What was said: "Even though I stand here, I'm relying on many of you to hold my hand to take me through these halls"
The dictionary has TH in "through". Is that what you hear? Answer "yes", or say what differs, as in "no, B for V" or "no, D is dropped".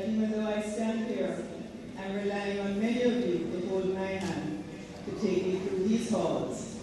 yes